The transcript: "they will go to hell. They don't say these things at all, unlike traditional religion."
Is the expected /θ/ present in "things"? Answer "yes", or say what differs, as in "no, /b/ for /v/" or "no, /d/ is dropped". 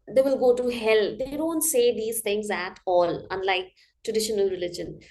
no, /t/ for /θ/